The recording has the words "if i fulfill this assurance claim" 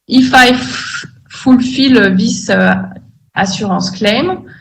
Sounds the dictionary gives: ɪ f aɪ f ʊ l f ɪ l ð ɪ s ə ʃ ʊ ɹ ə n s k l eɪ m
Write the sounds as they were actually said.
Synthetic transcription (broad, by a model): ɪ f aɪ f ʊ l f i l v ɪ s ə s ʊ ɹ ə s k l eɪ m